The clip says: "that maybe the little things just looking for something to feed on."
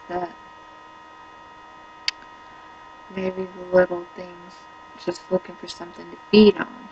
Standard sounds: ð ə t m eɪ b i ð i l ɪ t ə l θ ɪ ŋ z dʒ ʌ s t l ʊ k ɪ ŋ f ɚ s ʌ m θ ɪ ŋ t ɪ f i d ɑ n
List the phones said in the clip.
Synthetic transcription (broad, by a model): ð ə t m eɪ i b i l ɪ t l θ ɪ ŋ z dʒ ʌ s t l ʊ k ɪ ŋ f ɚ s ʌ m θ ɪ ŋ t ɪ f i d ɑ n